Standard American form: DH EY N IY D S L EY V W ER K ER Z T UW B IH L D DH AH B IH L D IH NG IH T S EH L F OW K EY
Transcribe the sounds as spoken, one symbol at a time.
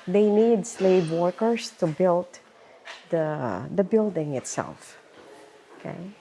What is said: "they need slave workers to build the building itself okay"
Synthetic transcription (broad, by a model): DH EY N IY D S L EY V W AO K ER S T UW B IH L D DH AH B IH L D IH NG IH T S EH L F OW K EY